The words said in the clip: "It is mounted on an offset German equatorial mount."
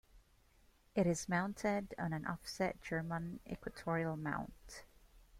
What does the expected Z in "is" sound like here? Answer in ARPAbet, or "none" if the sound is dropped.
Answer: Z